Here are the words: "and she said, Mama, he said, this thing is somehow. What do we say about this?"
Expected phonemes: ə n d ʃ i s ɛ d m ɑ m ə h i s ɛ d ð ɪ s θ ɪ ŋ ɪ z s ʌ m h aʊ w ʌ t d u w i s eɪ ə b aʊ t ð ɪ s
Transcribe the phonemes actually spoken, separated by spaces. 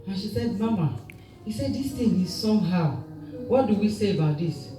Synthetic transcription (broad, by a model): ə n ʃ i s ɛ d m ɑ m ə h i s ɛ d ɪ s t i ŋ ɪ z s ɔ m h aʊ w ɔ t d u w i s eɪ ə b aʊ t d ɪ s